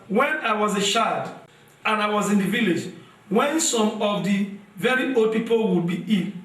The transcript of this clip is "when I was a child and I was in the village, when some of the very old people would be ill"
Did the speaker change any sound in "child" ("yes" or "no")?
yes